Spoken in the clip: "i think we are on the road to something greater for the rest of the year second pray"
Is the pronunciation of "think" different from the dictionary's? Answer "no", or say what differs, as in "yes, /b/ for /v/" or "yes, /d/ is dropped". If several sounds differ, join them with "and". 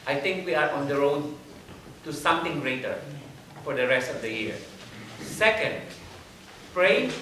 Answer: yes, /t/ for /θ/